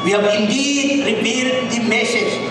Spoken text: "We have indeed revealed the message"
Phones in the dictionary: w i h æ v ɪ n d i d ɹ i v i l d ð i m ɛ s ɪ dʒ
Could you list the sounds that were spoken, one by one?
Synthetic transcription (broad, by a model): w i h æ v ɪ n d i d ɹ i p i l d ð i m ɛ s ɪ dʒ